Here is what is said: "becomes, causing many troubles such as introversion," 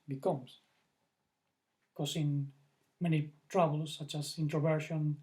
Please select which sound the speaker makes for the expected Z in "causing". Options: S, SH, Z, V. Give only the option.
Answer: S